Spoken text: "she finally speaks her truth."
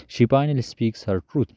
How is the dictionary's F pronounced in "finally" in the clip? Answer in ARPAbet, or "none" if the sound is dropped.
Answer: P